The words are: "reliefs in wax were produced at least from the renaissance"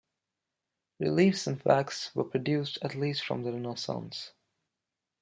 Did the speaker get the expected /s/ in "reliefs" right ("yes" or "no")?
yes